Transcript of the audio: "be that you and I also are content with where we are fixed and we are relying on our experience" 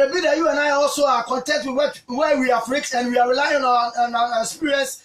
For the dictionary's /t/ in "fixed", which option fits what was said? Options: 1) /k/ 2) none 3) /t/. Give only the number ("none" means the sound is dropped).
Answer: 2